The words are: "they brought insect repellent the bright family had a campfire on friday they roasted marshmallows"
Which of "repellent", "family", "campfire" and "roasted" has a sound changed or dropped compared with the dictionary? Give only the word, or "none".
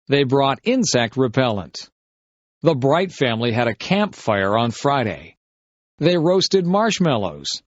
none